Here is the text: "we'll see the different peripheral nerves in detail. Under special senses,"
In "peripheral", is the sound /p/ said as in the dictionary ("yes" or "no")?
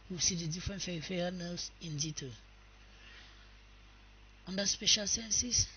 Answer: no